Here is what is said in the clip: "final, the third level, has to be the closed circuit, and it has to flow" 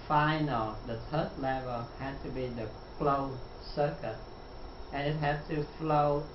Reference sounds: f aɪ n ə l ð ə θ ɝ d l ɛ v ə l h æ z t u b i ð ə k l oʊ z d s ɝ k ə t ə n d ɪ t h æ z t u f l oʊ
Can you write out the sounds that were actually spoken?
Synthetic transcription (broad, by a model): f aɪ n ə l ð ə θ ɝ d l ɛ v ə l h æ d t u b i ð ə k l oʊ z s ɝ k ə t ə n ɪ t h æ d t u f l oʊ